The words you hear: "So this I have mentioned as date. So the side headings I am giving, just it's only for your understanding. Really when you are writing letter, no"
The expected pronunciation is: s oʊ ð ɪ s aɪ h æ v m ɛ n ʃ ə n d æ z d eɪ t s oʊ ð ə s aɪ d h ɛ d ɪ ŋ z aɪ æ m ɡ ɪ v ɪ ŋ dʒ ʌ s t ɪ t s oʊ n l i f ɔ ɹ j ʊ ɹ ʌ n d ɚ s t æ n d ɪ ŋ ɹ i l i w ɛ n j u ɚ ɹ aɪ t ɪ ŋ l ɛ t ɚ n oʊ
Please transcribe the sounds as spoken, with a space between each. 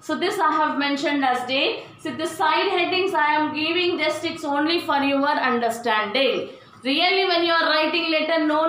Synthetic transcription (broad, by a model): s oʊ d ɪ s aɪ h æ v m ɛ n ʃ ə n d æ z d eɪ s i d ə s aɪ d h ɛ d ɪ ŋ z aɪ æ m ɡ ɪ v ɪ ŋ dʒ ʌ s t ɪ t s oʊ n l i f ɔ ɹ j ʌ ɹ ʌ n d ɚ s t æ n d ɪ ŋ ɹ i l i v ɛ n j u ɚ ɹ aɪ t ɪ ŋ l ɛ t ɚ n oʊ